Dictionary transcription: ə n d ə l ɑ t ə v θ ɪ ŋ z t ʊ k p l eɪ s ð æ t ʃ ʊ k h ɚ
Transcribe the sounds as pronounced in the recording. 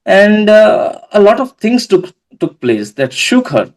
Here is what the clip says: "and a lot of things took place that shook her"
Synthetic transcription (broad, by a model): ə n d ə l ɑ t ə v t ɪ ŋ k t ʊ k p l eɪ s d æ t ʃ ʊ k h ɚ